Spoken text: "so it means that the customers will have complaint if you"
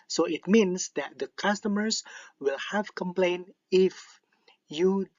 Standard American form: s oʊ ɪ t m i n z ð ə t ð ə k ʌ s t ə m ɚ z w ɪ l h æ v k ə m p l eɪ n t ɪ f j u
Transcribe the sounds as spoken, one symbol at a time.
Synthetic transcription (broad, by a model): s oʊ ɪ t m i n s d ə t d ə k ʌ s t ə m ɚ s w ɪ l h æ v k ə m p l eɪ n ɪ f j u